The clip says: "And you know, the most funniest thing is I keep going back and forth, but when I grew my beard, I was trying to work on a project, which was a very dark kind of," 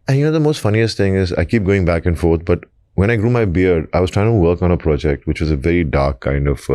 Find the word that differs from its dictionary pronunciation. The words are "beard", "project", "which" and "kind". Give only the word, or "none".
none